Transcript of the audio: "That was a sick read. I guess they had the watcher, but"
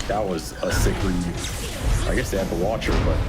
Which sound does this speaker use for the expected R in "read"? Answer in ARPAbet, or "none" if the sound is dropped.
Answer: L